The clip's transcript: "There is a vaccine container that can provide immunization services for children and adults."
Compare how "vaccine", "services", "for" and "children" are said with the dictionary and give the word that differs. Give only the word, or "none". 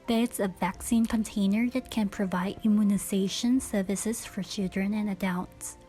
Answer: none